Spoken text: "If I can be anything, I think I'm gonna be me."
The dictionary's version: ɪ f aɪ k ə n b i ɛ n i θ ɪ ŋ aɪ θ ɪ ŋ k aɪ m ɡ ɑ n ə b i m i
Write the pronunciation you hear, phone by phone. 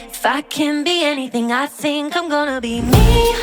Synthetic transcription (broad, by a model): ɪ f aɪ k ə n b i ɛ n i θ ɪ ŋ aɪ θ ɪ ŋ k aɪ m ɡ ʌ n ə b i m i